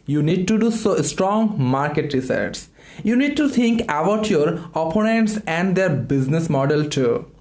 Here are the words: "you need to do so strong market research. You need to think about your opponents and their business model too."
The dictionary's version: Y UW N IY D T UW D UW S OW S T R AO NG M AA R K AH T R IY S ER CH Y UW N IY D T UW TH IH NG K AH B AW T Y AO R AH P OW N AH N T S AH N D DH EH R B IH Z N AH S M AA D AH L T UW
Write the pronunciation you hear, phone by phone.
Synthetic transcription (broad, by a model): Y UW N IY D T UW D UW S OW S T R AO NG M AA R K AH T R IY S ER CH Y UW N IY D T UW T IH NG K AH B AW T Y AO R AH P OW N AH N T S AH N D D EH R B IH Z N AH S M AA D AH L T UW